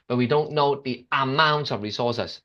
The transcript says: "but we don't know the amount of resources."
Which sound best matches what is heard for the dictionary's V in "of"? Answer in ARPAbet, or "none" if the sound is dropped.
V